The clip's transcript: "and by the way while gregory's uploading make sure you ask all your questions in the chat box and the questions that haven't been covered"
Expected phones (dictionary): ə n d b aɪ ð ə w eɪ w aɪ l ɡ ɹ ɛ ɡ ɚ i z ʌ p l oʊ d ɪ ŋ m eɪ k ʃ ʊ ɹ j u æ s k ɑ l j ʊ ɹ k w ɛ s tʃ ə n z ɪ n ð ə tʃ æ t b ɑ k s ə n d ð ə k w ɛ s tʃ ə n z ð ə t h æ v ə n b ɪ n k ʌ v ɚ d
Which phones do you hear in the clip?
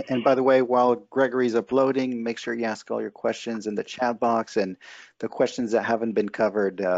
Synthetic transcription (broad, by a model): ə n b aɪ ð ə w eɪ w aɪ l ɡ ɹ ɛ ɡ ɚ i z ʌ p l oʊ d ɪ ŋ m eɪ k ʃ ʊ ɹ j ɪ æ s k ɑ l j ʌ ɹ k w ɛ s tʃ ə n z ɪ n ð ə tʃ æ t b ɑ k s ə n ð ə k w ɛ s tʃ ə n z ð ə t h æ v ə n b ɪ n k ʌ v ɚ d